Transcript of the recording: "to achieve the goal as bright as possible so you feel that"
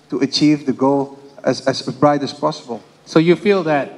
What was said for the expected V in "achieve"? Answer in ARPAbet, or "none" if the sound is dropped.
V